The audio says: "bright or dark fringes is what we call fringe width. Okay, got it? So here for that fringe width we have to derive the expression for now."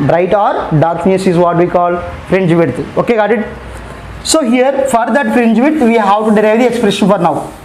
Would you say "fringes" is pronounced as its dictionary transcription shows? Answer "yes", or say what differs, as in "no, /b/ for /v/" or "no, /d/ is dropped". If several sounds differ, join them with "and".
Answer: no, /dʒ/ is dropped and /s/ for /z/